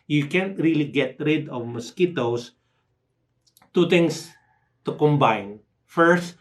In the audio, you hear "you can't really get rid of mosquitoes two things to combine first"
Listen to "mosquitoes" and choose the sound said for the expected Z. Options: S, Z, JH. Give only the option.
S